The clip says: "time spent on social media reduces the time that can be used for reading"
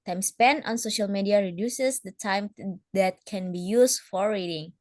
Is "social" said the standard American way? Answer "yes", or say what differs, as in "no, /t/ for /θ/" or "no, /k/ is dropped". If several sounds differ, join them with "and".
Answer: yes